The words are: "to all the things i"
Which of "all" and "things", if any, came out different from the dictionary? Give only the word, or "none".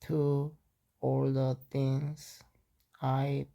things